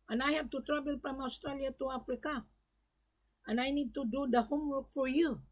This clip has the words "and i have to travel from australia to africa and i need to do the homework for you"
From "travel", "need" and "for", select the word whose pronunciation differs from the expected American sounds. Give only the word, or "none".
travel